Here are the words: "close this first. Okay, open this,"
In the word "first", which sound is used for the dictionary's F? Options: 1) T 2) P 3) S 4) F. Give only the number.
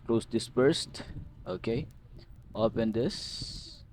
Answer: 2